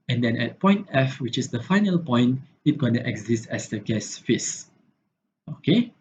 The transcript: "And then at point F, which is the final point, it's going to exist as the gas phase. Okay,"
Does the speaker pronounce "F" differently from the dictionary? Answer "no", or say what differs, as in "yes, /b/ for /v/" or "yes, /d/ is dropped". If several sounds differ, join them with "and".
no